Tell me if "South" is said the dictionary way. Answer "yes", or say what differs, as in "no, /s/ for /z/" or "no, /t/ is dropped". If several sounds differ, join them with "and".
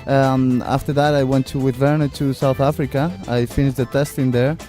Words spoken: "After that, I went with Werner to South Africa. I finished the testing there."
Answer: yes